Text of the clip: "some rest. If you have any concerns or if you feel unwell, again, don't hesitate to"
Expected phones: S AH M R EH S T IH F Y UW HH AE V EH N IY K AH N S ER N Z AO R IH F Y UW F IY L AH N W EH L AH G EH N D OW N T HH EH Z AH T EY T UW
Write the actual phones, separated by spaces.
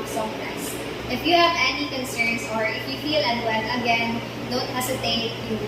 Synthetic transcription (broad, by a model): S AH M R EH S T IH F Y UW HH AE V EH N IY K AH N S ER N S AO R IH F Y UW F IY L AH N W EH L AH G EH N D OW N T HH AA S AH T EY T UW